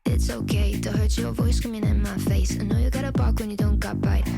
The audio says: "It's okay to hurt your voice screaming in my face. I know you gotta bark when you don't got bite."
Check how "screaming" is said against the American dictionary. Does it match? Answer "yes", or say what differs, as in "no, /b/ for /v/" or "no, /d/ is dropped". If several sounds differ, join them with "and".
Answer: no, /ɹ/ is dropped